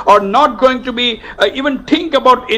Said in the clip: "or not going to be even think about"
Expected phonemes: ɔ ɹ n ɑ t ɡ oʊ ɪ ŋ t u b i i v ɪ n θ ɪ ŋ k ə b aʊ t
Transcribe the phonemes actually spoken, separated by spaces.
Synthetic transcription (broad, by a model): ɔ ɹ n ɑ t ɡ oʊ ɪ ŋ t u b i i v ɪ n t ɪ ŋ k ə b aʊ t